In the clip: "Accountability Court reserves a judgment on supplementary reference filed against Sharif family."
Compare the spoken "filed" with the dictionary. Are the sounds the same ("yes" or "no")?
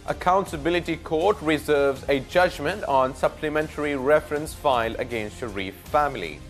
no